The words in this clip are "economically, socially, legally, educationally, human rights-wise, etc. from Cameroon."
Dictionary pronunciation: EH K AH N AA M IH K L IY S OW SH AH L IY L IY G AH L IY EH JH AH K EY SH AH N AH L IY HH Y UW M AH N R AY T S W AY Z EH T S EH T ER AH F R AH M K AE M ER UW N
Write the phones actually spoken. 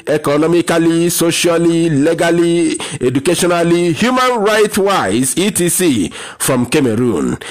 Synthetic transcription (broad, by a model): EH K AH N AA M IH K L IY S OW SH AH L IY L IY G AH L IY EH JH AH K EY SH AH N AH L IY HH Y UW M AH N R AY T W AY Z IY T IY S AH F R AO M K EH M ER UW N